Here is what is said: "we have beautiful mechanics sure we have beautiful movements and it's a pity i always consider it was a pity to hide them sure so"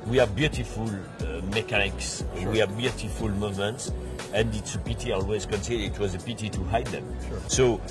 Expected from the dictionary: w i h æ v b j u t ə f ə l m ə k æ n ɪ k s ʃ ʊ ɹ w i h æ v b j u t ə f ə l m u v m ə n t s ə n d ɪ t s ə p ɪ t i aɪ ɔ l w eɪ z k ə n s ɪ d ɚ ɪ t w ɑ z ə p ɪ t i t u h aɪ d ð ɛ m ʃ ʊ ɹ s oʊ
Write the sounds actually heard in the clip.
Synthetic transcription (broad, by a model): w i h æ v b j u t ə f ə l m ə k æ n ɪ k s w i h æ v b j u t ə f ə l m u v m ə n t s ə n d ɪ t s ə p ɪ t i ɔ l w eɪ z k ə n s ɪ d ɪ t w ɑ z ə p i t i t u h aɪ d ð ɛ m s oʊ